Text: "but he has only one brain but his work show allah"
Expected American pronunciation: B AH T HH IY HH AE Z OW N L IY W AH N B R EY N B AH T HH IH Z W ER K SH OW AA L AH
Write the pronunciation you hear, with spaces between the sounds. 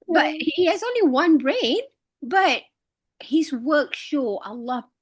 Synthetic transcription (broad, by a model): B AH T HH IY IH Z OW N L IY W AH N B R EY N B AH T HH IH Z W ER K SH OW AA L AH